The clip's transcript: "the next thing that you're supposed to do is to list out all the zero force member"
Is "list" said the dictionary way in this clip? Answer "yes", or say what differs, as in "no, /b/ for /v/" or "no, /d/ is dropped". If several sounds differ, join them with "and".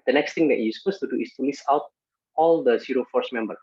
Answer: no, /t/ is dropped